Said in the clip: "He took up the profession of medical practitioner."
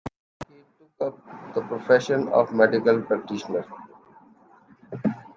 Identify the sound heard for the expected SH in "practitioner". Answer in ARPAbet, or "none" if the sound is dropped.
SH